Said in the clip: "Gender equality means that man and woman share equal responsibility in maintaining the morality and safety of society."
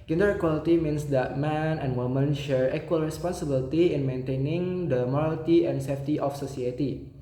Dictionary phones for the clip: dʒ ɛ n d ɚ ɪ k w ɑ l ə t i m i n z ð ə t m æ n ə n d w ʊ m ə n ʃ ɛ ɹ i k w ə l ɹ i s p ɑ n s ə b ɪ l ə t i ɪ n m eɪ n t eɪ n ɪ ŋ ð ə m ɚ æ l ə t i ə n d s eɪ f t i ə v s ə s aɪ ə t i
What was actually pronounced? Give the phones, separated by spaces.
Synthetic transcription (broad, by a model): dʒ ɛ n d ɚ ɪ k w ɑ l ə t i m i n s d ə t m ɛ n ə n w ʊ m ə n ʃ ɛ ɹ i k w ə l ɹ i s p ɑ n s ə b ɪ l t i ɪ n m eɪ n t eɪ n ɪ ŋ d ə m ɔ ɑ l t i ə n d s eɪ f t i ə f s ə s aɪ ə t i